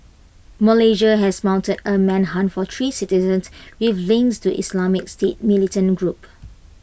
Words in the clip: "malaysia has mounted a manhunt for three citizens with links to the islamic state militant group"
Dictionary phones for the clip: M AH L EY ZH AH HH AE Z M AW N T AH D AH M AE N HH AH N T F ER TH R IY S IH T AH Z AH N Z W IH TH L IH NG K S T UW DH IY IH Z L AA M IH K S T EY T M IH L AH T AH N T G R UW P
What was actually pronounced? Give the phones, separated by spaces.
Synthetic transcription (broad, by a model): M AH L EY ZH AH HH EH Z M AW N T AH D AH M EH N HH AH N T F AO T R IY S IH T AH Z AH N S W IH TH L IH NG S T UW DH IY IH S L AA M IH K S T EY T M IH L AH T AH N G R UW P